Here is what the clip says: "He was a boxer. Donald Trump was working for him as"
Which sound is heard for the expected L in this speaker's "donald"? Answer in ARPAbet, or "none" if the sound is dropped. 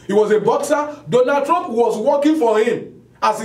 none